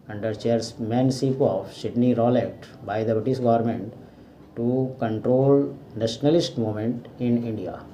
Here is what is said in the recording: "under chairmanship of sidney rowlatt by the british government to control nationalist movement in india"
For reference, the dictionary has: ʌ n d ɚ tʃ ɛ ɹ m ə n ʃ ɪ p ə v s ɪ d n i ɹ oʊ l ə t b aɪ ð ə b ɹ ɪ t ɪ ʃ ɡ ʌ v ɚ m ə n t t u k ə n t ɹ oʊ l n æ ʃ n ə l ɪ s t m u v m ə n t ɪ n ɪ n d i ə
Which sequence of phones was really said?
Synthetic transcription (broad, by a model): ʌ n d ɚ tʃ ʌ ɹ m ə n s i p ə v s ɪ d n i ɹ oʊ l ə t b aɪ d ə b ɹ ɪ t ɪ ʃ ɡ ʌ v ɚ m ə n t t u k ə n t ɹ oʊ l n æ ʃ n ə l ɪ s t m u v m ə n t ɪ n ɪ n d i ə